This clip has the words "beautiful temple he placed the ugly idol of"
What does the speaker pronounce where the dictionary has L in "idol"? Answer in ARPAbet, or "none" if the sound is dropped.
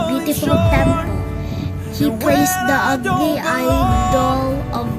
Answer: L